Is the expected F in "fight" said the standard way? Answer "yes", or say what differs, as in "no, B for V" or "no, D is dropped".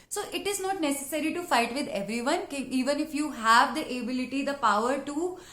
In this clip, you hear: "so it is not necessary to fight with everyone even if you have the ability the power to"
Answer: yes